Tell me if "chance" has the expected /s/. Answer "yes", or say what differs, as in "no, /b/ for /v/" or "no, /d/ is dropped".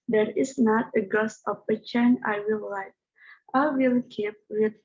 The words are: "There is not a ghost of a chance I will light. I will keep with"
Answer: no, /s/ is dropped